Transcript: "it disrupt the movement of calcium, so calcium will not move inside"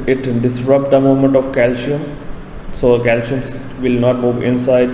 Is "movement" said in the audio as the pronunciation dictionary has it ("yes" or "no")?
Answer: no